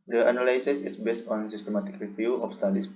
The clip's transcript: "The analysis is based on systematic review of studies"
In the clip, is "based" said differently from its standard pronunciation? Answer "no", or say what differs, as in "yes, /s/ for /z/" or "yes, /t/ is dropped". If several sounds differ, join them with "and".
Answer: no